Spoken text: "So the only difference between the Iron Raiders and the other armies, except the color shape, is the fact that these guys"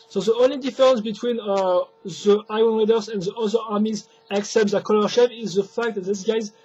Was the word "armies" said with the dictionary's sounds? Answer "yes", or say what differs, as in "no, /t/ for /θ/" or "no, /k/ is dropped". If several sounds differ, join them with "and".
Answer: yes